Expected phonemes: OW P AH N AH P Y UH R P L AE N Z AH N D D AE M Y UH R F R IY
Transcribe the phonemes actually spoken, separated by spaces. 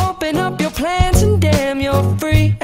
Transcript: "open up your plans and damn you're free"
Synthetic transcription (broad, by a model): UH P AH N AH P Y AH R P L AE N Z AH N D D AE M Y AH R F R IY